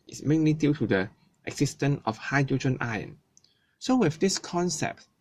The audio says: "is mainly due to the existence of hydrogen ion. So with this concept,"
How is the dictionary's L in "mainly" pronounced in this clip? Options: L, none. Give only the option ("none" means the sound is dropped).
L